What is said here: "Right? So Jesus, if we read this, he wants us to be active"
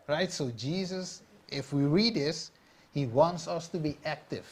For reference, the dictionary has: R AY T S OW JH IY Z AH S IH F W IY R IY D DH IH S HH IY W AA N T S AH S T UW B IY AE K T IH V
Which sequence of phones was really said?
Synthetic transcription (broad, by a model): R AY T S OW JH IY Z AH S IH F W IY R IY D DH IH S HH IY W AA N T S AH S T UW B IY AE K T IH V